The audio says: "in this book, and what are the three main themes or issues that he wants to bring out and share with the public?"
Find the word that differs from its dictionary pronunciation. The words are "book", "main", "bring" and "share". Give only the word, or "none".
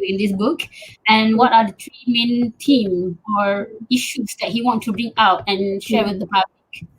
none